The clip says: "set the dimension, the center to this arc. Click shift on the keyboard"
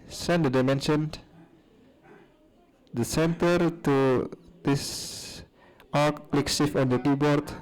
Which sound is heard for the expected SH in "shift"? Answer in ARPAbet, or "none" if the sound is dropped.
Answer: S